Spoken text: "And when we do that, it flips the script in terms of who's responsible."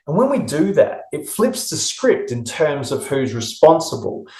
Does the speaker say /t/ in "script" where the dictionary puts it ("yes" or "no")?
yes